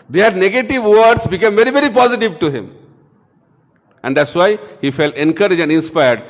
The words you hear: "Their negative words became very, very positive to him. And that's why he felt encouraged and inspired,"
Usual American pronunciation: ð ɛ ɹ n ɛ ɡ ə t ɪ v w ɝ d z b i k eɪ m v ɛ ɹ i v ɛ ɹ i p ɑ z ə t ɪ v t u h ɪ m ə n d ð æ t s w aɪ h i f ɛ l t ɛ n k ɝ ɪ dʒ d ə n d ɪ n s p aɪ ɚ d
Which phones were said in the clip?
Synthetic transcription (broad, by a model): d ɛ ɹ n ɛ ɡ ə t ɪ v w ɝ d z b i k eɪ m v ɛ ɹ i v ɛ ɹ i p ɑ z ə t ɪ v t u h ɪ m ə n d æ t s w aɪ h i f ɛ l t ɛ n k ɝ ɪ dʒ ə n d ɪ n s p aɪ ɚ d